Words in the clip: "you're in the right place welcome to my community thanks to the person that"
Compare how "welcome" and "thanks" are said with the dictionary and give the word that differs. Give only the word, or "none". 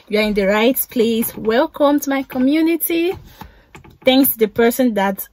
none